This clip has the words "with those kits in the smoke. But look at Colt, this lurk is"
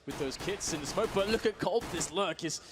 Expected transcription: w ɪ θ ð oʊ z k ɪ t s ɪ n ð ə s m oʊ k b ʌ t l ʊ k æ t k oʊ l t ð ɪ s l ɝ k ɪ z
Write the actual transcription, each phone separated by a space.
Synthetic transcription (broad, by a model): w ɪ ð oʊ z k ɪ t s ɪ n ð ə s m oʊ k b ʌ t l ʊ k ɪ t k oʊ l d ð ɪ s l ɝ k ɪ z